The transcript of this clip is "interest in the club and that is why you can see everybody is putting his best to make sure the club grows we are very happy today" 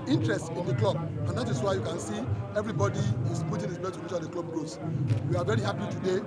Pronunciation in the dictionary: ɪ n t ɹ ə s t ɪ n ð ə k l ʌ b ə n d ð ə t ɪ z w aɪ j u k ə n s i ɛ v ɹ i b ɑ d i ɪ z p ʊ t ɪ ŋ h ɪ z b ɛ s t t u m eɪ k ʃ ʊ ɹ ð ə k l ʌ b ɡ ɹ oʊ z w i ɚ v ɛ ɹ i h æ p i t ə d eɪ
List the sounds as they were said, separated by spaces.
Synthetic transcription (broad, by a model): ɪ n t ɹ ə s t ɪ n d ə k l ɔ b ə n d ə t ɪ s w aɪ j u k ə n s i ɛ v ɹ i b ɑ d i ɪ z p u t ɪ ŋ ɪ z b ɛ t t u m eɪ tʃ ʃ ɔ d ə k l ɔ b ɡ oʊ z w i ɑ v ɛ ɹ i h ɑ p i t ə d eɪ